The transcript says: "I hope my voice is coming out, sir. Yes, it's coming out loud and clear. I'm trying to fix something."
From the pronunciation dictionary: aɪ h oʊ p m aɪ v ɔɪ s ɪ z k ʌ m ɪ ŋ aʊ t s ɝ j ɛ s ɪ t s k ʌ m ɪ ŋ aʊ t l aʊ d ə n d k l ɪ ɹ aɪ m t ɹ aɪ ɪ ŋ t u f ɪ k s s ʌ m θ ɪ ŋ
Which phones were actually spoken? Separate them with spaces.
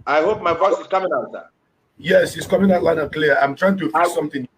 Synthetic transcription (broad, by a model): aɪ h oʊ p m aɪ f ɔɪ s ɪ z k ʌ m ɪ ŋ aʊ t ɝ j ɛ s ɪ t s k ʌ m ɪ ŋ aʊ t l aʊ ə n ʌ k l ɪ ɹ aɪ m t ɹ aɪ ɪ ŋ t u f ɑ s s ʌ m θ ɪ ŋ